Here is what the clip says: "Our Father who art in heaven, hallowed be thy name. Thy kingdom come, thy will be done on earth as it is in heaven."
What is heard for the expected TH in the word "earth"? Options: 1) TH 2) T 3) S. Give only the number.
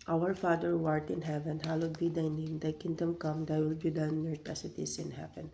2